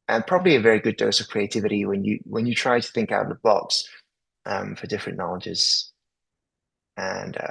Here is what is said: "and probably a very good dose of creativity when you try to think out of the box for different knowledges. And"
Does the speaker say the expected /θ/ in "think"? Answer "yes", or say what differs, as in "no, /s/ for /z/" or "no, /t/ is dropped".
yes